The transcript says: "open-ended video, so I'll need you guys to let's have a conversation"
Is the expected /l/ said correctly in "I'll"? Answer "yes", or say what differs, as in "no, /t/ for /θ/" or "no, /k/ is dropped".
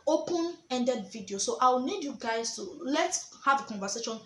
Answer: no, /w/ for /l/